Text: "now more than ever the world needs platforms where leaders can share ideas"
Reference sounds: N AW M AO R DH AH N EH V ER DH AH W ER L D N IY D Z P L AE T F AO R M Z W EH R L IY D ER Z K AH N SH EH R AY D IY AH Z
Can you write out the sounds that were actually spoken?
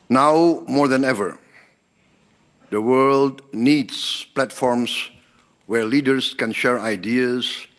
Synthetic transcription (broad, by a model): N AW M AO R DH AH N EH V ER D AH W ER L D N IY D S P L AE T F AO R M S W EH R L IY D ER S K AH N SH EH R AY D IY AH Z